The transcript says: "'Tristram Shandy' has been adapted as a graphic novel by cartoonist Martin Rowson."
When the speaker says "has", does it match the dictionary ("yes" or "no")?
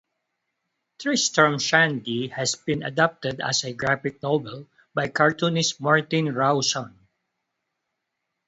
no